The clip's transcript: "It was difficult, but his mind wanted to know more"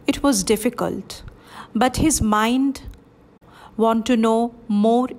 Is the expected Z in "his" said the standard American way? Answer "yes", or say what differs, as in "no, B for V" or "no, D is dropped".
yes